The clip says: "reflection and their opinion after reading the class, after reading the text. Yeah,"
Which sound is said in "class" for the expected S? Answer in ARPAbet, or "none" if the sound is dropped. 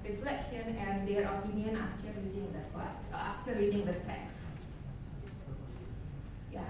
none